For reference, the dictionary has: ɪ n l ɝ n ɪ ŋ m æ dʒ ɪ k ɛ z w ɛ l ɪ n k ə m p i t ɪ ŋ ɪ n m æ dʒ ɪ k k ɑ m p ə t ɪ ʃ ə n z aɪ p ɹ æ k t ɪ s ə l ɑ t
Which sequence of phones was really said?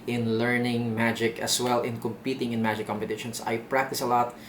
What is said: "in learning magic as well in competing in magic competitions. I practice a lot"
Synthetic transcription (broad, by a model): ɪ n l ɝ n ɪ ŋ m æ dʒ ɪ k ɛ s w ɛ l ɪ n k ə m p i t ɪ ŋ ɪ n m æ dʒ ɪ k k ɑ m p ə t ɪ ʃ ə n s aɪ p ɹ æ k t ɪ s ə l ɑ t